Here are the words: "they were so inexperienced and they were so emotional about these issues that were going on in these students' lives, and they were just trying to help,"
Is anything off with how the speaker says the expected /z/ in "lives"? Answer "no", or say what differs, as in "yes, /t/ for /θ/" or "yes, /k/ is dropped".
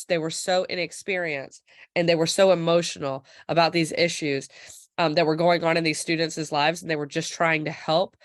no